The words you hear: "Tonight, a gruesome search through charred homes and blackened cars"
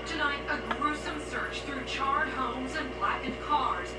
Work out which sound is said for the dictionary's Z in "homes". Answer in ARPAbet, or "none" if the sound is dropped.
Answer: Z